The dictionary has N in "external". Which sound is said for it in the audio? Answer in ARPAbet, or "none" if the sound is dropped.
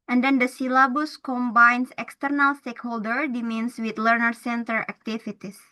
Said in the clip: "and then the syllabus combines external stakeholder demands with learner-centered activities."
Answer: N